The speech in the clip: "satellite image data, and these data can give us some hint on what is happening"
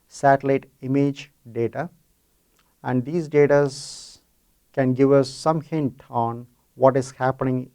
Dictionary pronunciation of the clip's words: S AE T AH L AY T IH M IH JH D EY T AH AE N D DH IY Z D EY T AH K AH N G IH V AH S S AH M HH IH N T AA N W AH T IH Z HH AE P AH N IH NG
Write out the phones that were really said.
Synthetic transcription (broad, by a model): S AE T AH L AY T IH M IH JH D EY T AH AE N D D IY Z D EY T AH K AH N G IH V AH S S AH M HH IH N T AA N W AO T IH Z HH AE P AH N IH NG